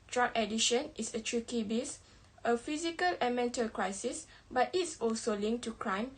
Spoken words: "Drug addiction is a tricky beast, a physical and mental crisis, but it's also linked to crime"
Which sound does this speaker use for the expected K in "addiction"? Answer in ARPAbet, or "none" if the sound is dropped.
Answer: none